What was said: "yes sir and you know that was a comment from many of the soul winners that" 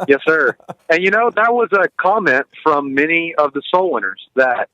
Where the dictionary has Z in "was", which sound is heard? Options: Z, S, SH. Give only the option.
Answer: Z